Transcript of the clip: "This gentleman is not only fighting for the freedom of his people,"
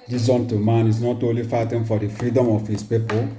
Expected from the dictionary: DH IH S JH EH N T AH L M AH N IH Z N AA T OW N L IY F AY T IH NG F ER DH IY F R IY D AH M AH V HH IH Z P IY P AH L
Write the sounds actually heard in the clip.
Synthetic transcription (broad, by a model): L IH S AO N T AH M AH N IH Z N AA T OW N L IY F AY T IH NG F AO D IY F R IY D AH M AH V HH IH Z P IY P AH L